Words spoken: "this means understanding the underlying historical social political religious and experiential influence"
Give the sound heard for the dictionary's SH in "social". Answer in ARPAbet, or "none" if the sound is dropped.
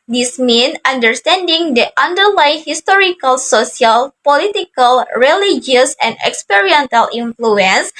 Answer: S